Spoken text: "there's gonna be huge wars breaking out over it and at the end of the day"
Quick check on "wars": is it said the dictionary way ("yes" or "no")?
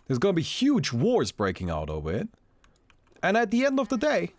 yes